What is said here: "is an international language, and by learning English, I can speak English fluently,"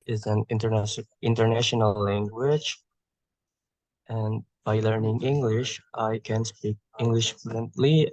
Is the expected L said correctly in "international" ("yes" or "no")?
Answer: no